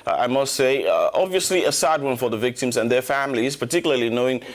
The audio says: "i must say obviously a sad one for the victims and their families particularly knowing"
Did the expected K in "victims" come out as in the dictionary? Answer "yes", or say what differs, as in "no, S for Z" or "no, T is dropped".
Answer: yes